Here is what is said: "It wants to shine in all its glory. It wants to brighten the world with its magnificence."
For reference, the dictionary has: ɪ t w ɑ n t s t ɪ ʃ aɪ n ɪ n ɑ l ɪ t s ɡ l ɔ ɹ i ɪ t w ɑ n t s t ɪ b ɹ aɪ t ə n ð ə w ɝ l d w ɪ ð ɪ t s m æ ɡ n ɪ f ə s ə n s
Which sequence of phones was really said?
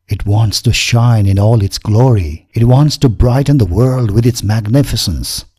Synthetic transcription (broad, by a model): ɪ t w ɑ n t s t ɪ ʃ aɪ n ɪ n ɑ l ɪ t s ɡ l ɔ ɹ i ɪ t w ɑ n t s t ɪ b ɹ aɪ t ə n ð ə w ɝ l d w ɪ ð ɪ t s m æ ɡ n ɪ f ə s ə n s